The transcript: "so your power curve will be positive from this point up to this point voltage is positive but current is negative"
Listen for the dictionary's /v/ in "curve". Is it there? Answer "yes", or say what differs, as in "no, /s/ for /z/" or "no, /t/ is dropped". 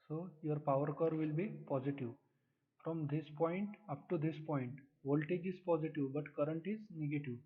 yes